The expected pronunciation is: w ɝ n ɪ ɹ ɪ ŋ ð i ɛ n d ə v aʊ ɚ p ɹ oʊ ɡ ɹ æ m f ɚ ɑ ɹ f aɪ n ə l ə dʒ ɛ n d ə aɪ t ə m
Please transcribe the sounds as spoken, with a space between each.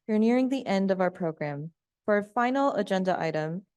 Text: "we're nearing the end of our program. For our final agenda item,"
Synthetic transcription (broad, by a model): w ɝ n ɪ ɹ ɪ ŋ ð i ɛ n d ə v aʊ ɚ p ɹ oʊ ɡ ɹ æ m f ɚ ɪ f aɪ n l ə dʒ ɛ n d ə aɪ t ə m